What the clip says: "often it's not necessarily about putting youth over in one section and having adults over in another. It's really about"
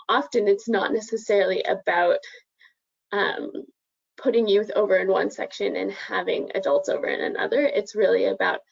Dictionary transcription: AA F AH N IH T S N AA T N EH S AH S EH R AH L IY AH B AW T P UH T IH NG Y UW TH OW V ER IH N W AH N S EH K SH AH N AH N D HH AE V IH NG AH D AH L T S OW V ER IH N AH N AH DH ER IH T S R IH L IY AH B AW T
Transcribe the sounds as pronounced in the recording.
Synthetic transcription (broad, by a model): AA F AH N IH T S N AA T N EH S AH S EH R L IY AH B AW T P UH T IH NG Y UW TH OW V ER IH N W AH N S EH K SH AH N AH N HH AE V IH NG AH D AH L T S OW V ER IH N AH N AH DH ER IH T S R IH L IY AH B AW T